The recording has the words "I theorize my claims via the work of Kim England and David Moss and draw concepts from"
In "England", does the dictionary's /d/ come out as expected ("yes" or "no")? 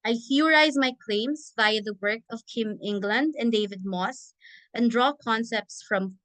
yes